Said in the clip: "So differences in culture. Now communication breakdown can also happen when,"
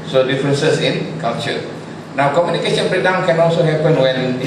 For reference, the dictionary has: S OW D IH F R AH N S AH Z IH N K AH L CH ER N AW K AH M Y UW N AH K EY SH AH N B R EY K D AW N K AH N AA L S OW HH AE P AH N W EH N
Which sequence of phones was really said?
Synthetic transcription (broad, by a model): S OW D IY F R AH N S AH S IH N K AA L CH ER N AW K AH M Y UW N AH K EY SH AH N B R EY D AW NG K AH N AA L S OW HH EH P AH N W EH N